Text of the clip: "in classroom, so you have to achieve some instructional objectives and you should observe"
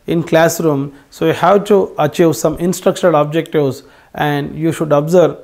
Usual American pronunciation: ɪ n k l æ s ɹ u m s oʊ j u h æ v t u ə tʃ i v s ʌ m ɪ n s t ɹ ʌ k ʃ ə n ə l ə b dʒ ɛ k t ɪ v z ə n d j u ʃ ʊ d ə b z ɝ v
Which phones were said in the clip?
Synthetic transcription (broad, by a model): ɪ n k l æ s ɹ u m s oʊ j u h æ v t u ə tʃ i v s ʌ m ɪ n s t ɹ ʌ k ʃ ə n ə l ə b dʒ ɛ k t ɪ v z ə n d j u ʃ ʊ d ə b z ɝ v